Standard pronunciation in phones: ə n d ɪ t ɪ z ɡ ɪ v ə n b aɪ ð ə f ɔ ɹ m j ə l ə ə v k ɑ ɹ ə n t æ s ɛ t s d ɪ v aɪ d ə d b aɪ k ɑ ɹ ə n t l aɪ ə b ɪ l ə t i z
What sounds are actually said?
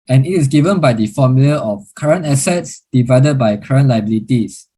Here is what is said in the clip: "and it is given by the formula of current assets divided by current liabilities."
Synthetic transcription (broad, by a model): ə n ɪ t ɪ s ɡ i v ə n b aɪ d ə f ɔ m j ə l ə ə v k ɑ ɹ ə n t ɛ s ɛ t s d ɪ v aɪ d ə d b aɪ k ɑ ɹ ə n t l aɪ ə b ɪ l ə t i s